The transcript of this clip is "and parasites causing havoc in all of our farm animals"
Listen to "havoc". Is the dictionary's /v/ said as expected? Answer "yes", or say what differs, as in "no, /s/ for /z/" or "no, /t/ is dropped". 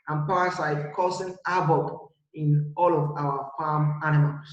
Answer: no, /b/ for /v/